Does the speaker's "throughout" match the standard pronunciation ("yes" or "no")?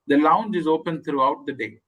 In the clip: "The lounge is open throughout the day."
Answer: no